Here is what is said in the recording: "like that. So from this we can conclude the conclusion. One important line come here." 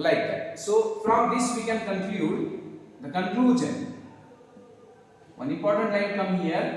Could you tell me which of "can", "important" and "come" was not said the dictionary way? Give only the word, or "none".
important